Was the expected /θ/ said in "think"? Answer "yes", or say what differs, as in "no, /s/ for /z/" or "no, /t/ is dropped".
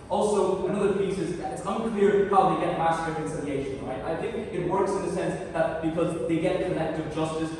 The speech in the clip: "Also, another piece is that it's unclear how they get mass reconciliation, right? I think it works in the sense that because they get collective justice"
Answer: yes